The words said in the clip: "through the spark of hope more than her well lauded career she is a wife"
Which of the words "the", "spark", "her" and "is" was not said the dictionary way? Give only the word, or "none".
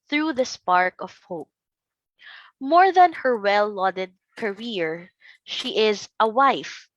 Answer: none